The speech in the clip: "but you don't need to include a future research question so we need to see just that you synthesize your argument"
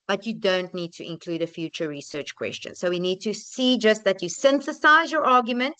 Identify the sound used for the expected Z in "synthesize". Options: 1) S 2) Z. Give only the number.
2